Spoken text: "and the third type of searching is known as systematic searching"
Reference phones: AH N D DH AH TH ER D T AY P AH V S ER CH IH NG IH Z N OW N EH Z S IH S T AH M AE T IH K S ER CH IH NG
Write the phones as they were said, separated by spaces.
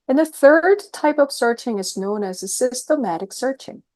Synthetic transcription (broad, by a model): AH N DH AH TH ER D T AY P AH V S ER CH IH NG IH Z N OW N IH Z S IH S T AH M AE T IH K S ER CH IH NG